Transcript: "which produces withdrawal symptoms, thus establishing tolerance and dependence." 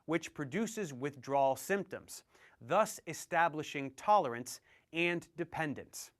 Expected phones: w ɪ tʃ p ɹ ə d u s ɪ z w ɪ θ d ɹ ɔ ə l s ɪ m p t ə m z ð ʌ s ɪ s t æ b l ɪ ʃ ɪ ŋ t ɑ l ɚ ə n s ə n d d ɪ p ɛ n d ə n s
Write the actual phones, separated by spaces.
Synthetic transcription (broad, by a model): w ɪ tʃ p ɹ ə d u s ɪ z w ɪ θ d ɹ ɔ l s ɪ m p t ə m z ð ʌ s ɪ s t æ b l ɪ ʃ ɪ ŋ t ɑ l ɚ ə n s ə n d d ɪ p ɛ n d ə n s